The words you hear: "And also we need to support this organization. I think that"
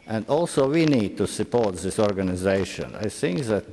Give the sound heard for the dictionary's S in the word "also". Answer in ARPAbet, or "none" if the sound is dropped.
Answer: S